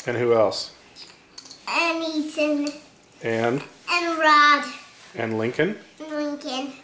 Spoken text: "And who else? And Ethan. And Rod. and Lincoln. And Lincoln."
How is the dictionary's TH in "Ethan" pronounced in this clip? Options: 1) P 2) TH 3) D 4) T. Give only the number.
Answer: 4